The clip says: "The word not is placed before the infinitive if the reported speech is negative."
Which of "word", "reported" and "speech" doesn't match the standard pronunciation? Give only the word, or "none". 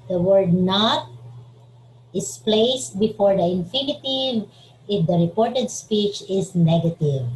none